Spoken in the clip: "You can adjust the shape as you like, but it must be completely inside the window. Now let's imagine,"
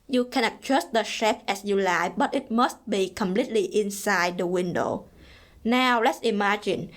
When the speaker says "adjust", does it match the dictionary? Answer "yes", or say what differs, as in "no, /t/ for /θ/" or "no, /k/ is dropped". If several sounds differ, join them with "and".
no, /tʃ/ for /dʒ/